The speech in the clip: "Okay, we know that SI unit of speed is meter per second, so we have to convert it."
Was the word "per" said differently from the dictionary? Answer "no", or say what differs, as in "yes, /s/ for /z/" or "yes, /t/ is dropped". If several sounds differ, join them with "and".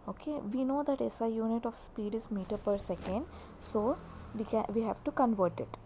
no